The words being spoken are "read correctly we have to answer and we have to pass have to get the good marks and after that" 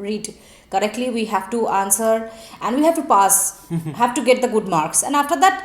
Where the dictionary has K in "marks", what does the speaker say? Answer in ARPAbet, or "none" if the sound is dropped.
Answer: K